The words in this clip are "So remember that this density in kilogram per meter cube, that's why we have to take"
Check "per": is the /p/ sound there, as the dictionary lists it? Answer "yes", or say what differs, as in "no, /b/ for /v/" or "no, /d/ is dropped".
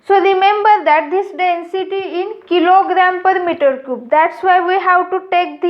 yes